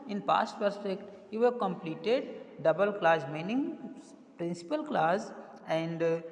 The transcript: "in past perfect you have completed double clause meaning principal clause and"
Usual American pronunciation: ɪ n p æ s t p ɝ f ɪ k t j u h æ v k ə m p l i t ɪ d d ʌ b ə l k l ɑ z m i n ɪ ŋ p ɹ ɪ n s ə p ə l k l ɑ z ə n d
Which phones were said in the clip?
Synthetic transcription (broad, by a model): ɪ n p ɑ s t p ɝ p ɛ k t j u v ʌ k ə m p l i t ɪ d d ʌ b ə l k l ɑ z m i n ɪ ŋ p ɹ ɪ n s ə p ə l k l ɑ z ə n d